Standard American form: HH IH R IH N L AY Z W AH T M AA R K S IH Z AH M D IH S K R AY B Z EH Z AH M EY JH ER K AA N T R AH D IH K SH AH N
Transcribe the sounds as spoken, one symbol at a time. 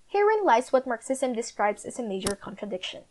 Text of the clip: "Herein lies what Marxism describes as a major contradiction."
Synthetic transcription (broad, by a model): HH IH R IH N L AY S W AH T M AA R K S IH S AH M D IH S K R AY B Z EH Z AH M EY JH ER K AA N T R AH D IH K SH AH N